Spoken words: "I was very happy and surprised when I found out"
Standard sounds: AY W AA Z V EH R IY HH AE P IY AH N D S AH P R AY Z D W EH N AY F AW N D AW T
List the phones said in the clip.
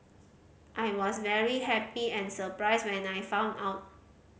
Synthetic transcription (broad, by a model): AY W AA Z V EH R IY HH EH P IY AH N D S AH P R AY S W EH N AY F AW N AW T